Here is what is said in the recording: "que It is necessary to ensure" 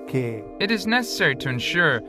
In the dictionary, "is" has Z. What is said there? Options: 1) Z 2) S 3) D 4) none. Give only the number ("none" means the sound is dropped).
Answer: 1